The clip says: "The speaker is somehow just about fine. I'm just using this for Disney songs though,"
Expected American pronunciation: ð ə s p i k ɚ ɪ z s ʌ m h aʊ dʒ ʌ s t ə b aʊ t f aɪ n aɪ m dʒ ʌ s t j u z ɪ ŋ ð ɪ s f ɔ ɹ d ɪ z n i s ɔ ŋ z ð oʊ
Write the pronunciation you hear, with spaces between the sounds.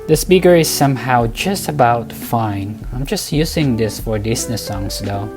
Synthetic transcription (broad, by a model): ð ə s p i k ɚ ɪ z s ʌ m h aʊ dʒ ʌ s t ə b aʊ t f aɪ n aɪ m dʒ ʌ s t j u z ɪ ŋ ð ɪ s f ɔ ɹ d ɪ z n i s ɔ ŋ s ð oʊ